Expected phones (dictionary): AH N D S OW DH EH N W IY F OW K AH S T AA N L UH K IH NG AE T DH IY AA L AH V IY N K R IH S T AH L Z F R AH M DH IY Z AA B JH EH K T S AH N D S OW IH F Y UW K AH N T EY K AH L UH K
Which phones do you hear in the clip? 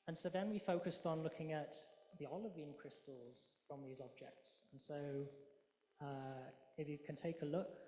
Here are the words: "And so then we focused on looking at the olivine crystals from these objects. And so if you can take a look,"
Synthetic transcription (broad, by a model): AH N S OW DH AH N W IY F OW K AH S T N L UH K IH NG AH T DH IY AA L AH V IY N K R IH S T AH L Z F R AH M DH IY Z AA B JH EH K T S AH N S OW IH F Y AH K AH N T EY K AH L UH K